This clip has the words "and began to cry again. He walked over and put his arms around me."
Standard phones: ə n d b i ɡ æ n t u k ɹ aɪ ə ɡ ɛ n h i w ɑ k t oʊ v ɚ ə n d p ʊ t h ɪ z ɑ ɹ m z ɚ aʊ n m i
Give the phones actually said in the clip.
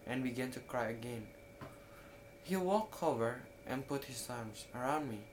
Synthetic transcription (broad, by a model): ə n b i ɡ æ n t u k ɹ aɪ ə ɡ ɛ n h i w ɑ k oʊ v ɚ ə n p ʊ t h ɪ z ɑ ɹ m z ɚ aʊ n m i